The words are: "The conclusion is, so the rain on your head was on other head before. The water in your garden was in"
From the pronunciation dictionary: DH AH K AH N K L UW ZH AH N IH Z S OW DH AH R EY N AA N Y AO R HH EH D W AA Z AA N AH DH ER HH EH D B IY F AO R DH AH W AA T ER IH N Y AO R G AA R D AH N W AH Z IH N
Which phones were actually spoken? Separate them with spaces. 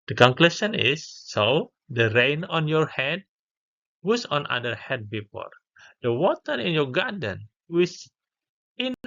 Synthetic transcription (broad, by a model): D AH K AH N K L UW SH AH N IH S OW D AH R EY N AA N Y AO R HH EH D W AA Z AA N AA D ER HH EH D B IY P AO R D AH W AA T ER IH N Y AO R G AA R D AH N W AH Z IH N